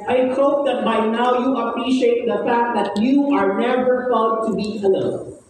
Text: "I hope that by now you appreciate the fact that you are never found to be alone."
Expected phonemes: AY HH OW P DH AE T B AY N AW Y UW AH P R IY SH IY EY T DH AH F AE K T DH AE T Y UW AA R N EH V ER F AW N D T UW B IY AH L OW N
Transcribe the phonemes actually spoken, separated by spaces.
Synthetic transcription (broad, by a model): AY HH OW P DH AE T B AY N AW Y UW AH P R IY SH IY EY T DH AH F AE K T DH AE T Y UW AA R N EH V ER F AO L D T UW B IY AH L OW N